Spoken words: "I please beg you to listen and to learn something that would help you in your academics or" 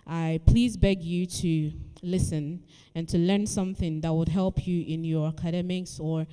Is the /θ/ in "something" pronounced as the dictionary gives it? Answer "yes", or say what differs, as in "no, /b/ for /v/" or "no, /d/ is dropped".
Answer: yes